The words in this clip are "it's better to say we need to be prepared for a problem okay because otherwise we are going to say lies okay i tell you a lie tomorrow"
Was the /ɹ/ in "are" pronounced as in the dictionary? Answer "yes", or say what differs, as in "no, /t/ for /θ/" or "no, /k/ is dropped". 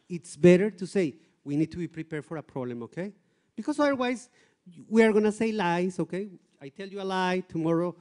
yes